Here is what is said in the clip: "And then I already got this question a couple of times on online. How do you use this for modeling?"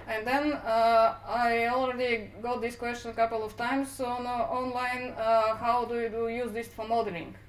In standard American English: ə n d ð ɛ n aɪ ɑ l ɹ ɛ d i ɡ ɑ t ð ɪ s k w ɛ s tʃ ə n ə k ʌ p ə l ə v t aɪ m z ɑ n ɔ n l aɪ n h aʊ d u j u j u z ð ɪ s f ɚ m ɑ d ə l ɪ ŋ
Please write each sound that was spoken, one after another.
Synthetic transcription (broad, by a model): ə n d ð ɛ n aɪ ɑ l ɹ ɛ d i ɡ ɑ t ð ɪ s k w ɛ s tʃ ə n ə k ʌ p ə l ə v t aɪ m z ɑ n ɔ n l aɪ n h aʊ d u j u j u z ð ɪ s f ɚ m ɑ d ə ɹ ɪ ŋ